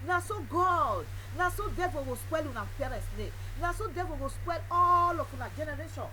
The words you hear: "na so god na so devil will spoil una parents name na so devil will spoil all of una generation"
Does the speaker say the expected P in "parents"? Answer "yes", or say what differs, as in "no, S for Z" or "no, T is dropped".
no, F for P